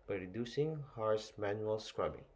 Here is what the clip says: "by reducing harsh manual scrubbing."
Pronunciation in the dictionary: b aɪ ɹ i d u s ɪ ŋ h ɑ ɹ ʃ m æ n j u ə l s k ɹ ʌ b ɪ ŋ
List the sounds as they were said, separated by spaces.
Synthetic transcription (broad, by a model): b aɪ ɹ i d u s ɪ ŋ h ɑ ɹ s m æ n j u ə l s k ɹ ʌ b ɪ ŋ